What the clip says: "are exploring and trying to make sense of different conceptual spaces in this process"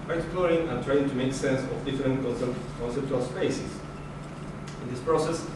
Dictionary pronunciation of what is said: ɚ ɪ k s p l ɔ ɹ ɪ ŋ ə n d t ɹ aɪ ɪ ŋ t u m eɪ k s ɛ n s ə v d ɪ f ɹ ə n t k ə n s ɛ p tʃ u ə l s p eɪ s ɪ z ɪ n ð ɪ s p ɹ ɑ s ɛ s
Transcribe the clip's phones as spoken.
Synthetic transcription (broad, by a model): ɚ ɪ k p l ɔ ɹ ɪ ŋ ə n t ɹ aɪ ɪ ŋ t u m eɪ k s ɛ n s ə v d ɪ f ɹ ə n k k ə n s ɛ p tʃ u ə l s p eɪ s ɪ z ɪ n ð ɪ s p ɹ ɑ s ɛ s